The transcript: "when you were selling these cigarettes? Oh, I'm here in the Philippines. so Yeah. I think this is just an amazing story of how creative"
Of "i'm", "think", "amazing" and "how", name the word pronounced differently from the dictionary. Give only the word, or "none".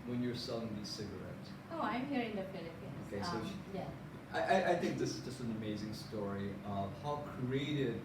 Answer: none